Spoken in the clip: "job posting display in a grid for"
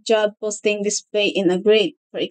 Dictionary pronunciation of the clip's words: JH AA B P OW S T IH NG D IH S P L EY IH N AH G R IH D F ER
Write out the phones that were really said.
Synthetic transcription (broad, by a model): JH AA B P OW S T IH NG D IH S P EY IH N AH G R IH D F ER